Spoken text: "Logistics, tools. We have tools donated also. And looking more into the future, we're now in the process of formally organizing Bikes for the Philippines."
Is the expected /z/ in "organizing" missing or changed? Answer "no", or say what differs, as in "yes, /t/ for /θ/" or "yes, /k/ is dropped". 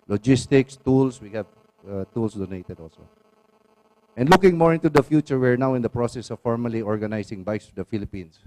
yes, /s/ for /z/